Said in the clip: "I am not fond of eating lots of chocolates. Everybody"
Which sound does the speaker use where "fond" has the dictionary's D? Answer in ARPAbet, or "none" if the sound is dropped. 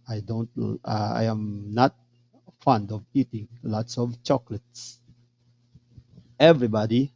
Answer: D